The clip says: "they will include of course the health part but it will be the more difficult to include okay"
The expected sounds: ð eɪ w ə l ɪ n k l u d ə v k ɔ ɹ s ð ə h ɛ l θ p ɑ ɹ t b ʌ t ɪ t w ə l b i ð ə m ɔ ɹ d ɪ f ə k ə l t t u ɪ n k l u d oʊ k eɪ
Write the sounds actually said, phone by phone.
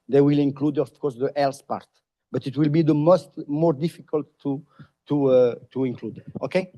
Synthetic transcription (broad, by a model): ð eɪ w ə l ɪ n k l u d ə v k ɔ ɹ s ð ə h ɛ l s p ɑ ɹ t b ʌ t ɪ t w ə l b i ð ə m ɔ ɹ d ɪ f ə k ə l t t u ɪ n k l u d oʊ k eɪ